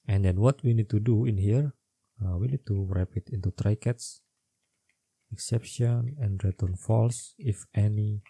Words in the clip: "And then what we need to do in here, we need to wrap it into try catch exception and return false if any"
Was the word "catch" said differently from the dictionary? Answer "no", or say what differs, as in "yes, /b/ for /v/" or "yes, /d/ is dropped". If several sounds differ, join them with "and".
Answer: yes, /s/ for /tʃ/